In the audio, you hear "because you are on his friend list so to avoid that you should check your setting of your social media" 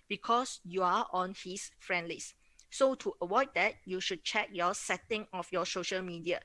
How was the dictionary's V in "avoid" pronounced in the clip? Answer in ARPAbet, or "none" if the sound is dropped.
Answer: W